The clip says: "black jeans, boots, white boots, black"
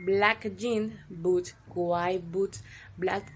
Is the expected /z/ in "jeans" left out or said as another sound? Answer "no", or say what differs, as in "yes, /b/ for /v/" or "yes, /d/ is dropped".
yes, /z/ is dropped